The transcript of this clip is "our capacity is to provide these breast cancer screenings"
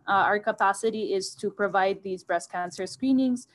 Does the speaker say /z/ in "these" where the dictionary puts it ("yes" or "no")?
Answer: yes